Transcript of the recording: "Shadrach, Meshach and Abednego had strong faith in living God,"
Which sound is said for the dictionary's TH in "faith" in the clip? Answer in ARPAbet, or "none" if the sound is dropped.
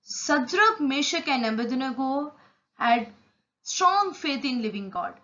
T